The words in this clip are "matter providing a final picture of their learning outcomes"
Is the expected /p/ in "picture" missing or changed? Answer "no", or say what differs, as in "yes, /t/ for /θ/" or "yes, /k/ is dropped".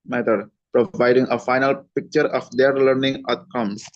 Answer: no